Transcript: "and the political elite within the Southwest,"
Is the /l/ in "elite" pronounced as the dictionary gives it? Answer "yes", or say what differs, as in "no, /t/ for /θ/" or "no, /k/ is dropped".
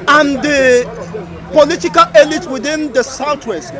yes